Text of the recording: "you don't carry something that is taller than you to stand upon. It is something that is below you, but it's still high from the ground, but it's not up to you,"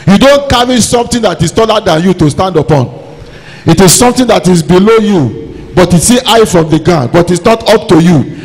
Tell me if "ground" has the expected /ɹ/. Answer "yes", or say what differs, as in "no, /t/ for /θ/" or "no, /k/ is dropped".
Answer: no, /ɹ/ is dropped